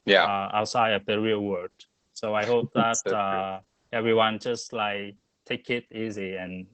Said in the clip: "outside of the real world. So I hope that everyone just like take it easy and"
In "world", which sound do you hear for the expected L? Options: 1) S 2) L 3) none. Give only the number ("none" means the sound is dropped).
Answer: 3